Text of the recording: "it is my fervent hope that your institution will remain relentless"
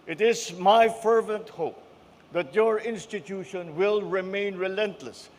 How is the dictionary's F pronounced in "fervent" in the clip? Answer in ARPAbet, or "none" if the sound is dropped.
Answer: F